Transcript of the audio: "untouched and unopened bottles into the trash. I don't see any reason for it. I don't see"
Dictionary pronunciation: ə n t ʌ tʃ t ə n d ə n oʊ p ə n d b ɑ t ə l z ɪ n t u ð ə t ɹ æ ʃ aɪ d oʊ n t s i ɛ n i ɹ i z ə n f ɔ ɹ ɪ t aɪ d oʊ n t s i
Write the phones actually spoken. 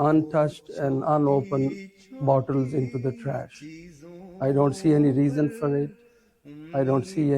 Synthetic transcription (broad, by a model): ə n t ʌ tʃ t ə n d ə n oʊ p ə n b ɑ t ə l z ɪ n t u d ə t ɹ æ ʃ aɪ d oʊ n t s i ɛ n i ɹ i z ə n f ɔ ɹ ɪ t aɪ d oʊ n t s i